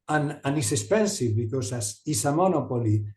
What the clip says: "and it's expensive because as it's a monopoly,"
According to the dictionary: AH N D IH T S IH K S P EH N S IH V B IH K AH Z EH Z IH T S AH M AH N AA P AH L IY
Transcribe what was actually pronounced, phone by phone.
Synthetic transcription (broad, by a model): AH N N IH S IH S P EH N S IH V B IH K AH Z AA S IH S AH M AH N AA P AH L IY